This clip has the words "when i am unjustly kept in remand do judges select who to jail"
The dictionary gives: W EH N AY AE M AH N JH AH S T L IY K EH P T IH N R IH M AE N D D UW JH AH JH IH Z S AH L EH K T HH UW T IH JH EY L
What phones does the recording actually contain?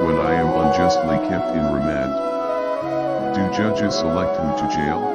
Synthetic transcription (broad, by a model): W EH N AY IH M AH N JH AH S T L IY K EH P T IH N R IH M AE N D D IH JH AH JH IH Z S AH L EH K T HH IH T IH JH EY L